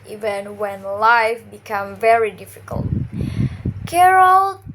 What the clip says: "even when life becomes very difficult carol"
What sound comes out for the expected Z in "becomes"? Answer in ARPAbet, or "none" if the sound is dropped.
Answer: none